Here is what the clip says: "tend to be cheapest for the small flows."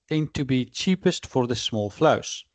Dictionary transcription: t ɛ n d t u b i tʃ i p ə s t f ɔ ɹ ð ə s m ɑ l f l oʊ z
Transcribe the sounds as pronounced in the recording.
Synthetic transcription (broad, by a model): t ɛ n t u b i tʃ i p ə s t f ɔ ɹ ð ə s m ɑ l f l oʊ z